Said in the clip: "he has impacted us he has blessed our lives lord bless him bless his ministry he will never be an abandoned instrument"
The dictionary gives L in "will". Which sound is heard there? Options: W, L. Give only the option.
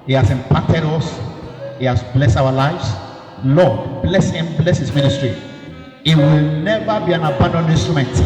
L